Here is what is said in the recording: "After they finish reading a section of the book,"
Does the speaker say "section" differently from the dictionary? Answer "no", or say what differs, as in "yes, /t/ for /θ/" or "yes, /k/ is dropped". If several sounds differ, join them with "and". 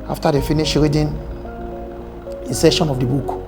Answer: yes, /k/ is dropped